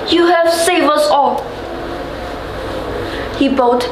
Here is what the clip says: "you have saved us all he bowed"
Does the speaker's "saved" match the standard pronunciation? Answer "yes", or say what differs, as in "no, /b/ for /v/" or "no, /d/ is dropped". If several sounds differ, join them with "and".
no, /d/ is dropped